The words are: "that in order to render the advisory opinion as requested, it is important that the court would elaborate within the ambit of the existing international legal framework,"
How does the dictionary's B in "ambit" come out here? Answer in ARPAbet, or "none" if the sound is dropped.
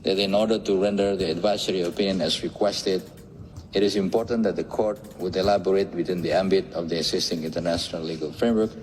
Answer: B